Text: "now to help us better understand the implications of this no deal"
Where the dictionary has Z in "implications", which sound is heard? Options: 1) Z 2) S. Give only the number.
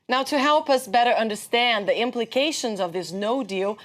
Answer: 1